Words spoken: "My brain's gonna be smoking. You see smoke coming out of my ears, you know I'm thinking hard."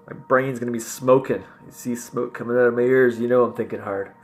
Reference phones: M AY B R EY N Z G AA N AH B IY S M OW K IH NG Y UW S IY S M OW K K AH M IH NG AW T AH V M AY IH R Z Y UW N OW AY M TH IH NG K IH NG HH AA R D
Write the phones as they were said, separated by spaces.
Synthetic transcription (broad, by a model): M AY B R EY N Z G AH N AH B IY S M OW K IH NG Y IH S IY S M OW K K AH M IH NG AW T AH V M AY IH R Z Y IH N OW AY M TH IH NG K IH NG HH AA R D